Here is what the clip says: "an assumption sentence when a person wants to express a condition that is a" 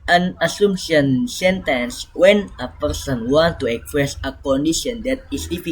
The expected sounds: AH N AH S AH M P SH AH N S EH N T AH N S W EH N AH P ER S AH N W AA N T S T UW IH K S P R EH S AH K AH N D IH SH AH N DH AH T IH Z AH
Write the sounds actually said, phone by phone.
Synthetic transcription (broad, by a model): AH N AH S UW M SH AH N S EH N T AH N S W EH N AH P ER S AH N W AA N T T UW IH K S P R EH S AH K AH N D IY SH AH N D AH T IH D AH